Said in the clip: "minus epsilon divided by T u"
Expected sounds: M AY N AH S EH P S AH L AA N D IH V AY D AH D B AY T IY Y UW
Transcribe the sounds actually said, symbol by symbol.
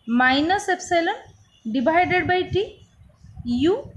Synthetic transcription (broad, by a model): M AY N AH S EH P S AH L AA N D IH B AY D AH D B AY T IY Y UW